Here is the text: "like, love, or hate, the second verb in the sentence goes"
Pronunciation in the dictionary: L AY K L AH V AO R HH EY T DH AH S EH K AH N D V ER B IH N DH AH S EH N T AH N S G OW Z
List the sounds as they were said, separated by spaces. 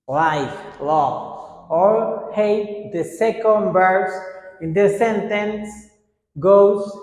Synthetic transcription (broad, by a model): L AY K L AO AO R HH EY T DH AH S EH K AH N D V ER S IH N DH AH S EH N T AH N S G OW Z